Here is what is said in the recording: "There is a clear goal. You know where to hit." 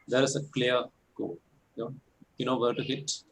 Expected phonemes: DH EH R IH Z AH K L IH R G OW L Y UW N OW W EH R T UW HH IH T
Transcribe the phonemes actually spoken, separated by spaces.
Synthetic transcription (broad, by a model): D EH R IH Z AH K L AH R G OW N Y UW N OW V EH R T UW HH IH T